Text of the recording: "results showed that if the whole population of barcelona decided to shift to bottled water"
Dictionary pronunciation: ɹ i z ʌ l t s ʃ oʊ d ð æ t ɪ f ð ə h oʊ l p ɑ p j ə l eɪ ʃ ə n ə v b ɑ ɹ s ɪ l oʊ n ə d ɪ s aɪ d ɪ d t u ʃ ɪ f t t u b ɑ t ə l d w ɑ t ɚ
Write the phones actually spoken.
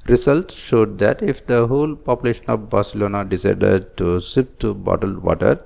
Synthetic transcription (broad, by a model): ɹ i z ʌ l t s ʃ oʊ d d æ t ɪ f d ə h oʊ l p ɑ p j ə l eɪ ʃ ə n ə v b ɑ ɹ s ɪ l oʊ n ə d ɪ s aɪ d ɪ d t u s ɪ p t t u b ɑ t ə l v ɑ t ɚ